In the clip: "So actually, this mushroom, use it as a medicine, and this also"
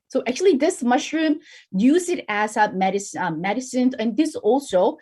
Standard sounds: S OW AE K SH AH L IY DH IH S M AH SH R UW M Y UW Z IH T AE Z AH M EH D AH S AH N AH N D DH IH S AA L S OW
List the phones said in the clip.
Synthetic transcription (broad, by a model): S OW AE K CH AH L IY DH IH S M AH SH R UW M Y UW Z IH T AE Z AH M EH D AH S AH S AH N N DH IH S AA L S OW